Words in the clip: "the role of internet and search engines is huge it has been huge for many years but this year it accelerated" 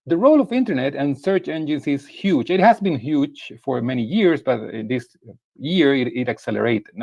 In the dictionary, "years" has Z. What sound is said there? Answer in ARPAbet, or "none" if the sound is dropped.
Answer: S